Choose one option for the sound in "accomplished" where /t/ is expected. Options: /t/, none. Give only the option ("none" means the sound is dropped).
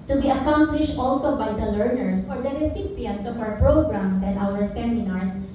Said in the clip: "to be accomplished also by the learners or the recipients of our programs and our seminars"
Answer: /t/